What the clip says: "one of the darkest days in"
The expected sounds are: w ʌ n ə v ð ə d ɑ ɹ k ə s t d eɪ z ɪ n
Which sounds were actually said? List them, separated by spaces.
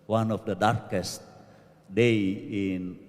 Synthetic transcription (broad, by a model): w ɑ n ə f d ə d ɑ ɹ k ə s t d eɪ ɪ n